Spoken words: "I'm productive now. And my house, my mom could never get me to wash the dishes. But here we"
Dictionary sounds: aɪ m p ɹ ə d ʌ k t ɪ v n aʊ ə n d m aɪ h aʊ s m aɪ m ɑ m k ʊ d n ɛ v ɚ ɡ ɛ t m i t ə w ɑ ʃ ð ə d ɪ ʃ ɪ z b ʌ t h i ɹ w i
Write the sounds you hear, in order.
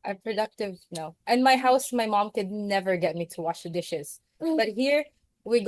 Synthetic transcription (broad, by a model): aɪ p ɹ ə d ʌ k t ɪ v n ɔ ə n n m aɪ h aʊ s m aɪ m ɑ m k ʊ d n ɛ v ɚ ɡ ɛ t m i t ə w ɑ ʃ ð ə d ɪ ʃ ɪ z b ʌ t h i ɹ w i